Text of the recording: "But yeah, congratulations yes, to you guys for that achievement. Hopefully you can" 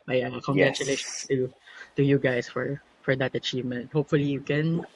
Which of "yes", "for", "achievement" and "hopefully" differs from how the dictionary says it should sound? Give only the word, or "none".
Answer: yes